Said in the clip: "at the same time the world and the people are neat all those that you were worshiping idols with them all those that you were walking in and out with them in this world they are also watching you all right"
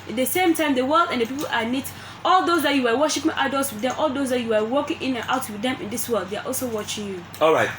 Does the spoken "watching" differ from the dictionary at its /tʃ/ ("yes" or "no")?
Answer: no